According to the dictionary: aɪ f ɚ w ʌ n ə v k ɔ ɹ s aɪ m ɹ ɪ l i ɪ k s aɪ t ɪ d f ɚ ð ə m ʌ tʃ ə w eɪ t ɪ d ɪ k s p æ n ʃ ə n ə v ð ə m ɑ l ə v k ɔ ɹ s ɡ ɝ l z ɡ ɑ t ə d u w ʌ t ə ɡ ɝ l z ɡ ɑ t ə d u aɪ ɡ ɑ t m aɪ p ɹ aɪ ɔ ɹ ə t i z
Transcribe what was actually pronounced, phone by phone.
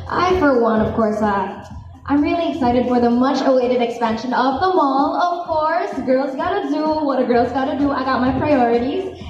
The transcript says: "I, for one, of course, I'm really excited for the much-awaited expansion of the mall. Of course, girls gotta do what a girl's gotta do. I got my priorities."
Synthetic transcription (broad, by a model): aɪ f ɚ w ʌ n ə v k ɔ ɹ s aɪ m ɹ ɪ l i ɪ k s aɪ t ɪ d f ɚ ð ə m ʌ tʃ ə w eɪ t ɪ d ɪ k s p æ n ʃ ə n ə v ð ə m ɑ l ə v k ɔ ɹ s ɡ ɝ l z ɡ ɑ t ə d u w ʌ t ə ɡ ɝ l z ɡ ɑ t ə d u aɪ ɡ ɑ t m aɪ p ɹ aɪ ɔ ɹ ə t i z